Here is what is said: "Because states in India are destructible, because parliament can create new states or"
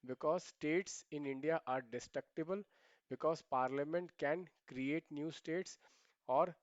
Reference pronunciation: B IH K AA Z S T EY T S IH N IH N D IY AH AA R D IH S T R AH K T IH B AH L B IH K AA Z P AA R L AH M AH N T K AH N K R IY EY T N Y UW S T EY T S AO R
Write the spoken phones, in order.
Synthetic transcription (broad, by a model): B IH K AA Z S T EY T S IH N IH N D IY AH AA R D IH S T R AH K T IH B AH L B IH K AA Z P AA R L AH M AH N T K AH N K R IY EY T N Y UW S T EY T S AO R